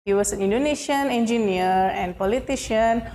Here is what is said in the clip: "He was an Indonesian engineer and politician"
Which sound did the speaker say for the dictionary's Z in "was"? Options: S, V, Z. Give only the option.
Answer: S